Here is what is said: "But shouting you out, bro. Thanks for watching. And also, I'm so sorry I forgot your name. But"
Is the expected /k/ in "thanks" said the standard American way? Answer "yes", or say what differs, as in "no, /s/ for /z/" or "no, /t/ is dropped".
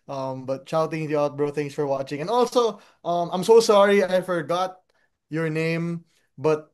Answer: no, /k/ is dropped